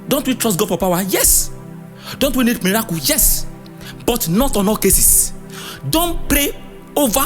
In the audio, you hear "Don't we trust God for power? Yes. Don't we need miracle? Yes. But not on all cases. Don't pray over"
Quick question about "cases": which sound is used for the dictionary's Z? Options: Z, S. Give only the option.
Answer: S